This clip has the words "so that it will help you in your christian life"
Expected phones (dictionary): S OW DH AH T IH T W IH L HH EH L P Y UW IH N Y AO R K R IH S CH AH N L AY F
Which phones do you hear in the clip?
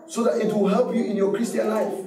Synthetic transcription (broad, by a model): S OW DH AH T IH T W IH L HH EH L P Y UW IH N Y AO K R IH S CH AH N L AY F